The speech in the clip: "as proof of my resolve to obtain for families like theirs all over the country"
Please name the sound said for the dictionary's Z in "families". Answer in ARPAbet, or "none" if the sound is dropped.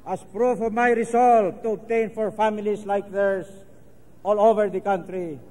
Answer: S